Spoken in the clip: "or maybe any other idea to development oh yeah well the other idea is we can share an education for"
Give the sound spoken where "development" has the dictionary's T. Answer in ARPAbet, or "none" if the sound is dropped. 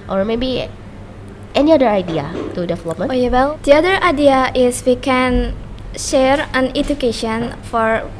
none